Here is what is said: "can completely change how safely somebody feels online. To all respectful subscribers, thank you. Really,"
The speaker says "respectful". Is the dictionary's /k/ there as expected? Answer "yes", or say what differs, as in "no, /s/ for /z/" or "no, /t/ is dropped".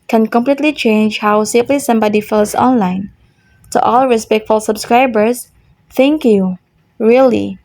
yes